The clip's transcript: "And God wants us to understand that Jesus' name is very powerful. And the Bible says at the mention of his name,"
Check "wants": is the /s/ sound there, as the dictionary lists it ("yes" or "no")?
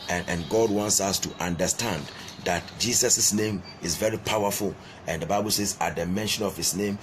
yes